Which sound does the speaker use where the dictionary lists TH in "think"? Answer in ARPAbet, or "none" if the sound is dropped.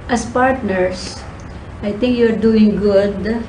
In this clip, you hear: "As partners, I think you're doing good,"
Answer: T